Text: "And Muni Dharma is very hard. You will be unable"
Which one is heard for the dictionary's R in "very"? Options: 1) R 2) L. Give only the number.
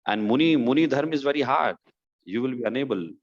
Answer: 1